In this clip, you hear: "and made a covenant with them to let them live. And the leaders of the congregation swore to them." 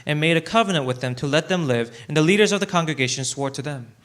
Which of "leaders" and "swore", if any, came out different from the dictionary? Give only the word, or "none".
none